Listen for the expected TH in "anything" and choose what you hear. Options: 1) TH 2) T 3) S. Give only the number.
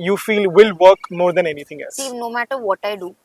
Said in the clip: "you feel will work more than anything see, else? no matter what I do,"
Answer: 2